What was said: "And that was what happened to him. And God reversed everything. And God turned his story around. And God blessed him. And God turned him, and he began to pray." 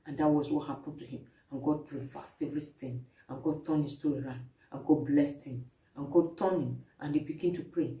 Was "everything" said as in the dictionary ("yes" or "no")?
no